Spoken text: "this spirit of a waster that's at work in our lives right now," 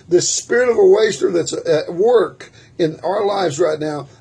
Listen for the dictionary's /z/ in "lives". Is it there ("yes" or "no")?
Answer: yes